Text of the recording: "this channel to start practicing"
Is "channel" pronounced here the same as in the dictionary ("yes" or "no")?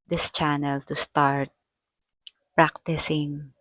yes